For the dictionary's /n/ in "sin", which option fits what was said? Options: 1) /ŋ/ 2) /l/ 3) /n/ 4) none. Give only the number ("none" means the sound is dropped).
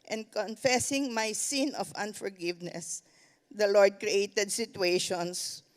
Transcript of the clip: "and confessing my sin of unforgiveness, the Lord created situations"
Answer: 3